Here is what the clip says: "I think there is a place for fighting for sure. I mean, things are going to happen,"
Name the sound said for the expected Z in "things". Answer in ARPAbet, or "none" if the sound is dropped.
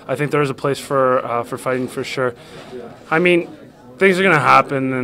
Z